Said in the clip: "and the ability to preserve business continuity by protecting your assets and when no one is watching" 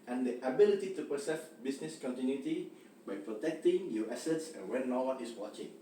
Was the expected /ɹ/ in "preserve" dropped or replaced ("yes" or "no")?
yes